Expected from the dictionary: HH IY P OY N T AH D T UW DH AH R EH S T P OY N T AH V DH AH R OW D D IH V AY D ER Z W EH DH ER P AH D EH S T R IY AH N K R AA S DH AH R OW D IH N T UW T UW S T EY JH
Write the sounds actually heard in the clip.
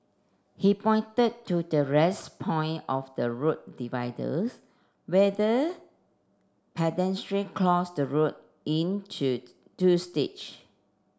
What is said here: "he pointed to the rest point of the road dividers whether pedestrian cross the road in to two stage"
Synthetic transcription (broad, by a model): HH IY P OY N T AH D T UW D AH R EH S P OY N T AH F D AH R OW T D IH V AY D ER S W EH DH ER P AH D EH S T R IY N K L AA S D AH R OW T IH N T UW T UW S T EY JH